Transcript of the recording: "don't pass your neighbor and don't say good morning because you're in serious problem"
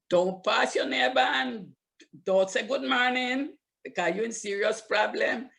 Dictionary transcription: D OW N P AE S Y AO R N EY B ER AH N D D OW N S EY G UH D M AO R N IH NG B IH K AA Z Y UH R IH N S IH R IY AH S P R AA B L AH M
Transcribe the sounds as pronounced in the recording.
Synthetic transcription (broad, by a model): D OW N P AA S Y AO N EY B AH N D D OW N S EY G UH D M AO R N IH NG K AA Y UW IH N S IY R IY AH S P R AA B L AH M